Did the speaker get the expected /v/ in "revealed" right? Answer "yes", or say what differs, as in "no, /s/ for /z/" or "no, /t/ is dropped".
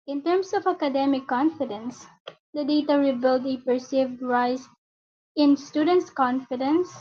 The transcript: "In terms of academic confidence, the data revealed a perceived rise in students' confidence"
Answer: no, /b/ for /v/